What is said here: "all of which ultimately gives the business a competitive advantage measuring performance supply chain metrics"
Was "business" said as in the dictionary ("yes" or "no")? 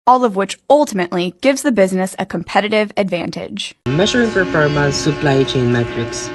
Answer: yes